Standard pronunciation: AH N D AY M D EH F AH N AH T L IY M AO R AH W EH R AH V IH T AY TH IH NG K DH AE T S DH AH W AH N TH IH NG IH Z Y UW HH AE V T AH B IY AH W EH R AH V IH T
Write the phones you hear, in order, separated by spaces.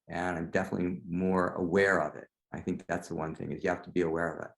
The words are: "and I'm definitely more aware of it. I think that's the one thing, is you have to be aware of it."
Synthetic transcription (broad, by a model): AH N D AY M D EH F AH N AH T L IY M AO R AH W EH R AH V IH T AY TH IH NG K DH AE T S DH AH W AH N TH IH NG IH Z Y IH HH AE F T AH B IY AH W EH R AH V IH T